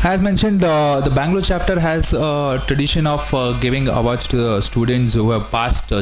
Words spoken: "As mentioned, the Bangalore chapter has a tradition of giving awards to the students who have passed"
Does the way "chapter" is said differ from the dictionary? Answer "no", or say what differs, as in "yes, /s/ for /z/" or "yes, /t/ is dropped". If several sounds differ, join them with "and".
no